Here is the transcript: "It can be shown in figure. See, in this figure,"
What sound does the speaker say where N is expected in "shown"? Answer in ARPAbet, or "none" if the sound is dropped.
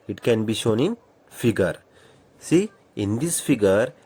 N